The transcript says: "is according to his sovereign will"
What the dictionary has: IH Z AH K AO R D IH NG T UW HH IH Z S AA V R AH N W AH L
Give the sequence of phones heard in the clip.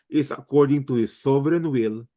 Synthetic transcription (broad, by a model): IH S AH K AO R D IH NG T UW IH S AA B R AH N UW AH L